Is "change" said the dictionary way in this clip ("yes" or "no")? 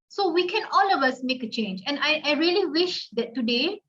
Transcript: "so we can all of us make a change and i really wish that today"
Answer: yes